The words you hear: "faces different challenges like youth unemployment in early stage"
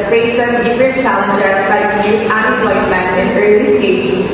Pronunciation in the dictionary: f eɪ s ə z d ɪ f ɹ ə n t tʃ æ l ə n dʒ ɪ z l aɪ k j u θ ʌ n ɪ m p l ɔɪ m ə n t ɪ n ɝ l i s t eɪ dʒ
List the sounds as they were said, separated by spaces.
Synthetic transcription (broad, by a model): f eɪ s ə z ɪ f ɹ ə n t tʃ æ l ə n dʒ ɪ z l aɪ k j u t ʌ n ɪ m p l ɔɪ m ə n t ɪ n ɝ l i s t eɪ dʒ